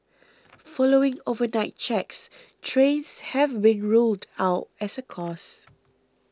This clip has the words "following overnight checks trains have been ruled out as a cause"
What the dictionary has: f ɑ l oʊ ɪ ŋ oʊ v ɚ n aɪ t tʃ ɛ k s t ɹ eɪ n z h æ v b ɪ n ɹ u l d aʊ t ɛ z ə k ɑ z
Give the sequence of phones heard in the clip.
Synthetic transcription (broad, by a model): f ɑ l oʊ ɪ ŋ oʊ v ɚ n aɪ t tʃ ɛ k s t ɹ eɪ n s h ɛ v b ɪ n ɹ u l d aʊ t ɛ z ə k ɑ s